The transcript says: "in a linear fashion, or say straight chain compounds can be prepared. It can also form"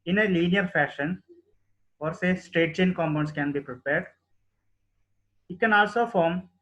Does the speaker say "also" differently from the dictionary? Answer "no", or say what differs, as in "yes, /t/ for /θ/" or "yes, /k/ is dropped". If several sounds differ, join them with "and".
no